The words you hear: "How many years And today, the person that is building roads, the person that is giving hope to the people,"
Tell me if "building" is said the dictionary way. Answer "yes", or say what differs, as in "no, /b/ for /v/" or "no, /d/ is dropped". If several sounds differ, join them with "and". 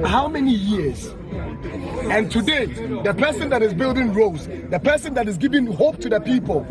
yes